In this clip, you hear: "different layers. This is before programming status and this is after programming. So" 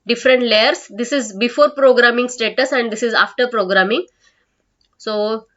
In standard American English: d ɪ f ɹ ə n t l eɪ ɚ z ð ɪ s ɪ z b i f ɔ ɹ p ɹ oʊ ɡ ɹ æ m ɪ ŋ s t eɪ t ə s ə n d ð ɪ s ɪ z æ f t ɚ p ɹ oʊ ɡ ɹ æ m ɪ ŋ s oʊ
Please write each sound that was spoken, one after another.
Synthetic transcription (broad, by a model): d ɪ f ɹ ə n t l eɪ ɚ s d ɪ s ɪ z b i f ɔ ɹ p ɹ oʊ ɡ ɹ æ m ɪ ŋ s t eɪ t ə s ə n d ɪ s ɪ z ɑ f t ɚ p ɹ oʊ ɡ ɹ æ m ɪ ŋ s oʊ